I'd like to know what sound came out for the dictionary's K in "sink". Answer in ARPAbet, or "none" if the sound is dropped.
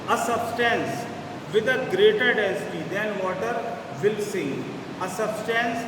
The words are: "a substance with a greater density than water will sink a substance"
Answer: none